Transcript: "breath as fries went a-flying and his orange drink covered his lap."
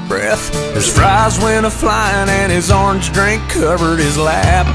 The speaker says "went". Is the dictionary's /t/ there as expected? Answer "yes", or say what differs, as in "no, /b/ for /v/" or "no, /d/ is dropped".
no, /t/ is dropped